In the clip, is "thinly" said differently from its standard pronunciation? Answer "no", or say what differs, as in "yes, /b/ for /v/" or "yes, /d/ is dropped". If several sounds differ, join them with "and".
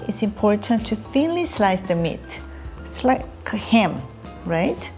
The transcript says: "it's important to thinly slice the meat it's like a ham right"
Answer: no